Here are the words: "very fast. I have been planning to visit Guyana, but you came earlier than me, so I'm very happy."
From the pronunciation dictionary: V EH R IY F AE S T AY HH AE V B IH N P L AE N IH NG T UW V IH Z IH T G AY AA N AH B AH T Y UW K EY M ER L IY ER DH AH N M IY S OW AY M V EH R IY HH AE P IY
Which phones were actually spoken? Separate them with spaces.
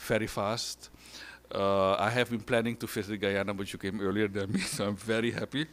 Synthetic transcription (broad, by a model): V EH R IY F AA S T AY HH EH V B IH N P L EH N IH NG T UW F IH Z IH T G AY AA N AH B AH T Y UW K EY M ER L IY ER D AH N M IY S OW AY M V EH R IY HH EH P IY